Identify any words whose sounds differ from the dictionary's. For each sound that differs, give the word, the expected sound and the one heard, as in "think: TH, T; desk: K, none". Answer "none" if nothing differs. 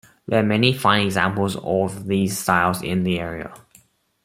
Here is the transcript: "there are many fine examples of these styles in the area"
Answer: none